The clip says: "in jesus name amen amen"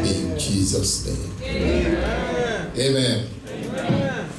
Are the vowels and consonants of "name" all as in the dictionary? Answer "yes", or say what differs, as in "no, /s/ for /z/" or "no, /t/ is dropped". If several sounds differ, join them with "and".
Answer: no, /m/ is dropped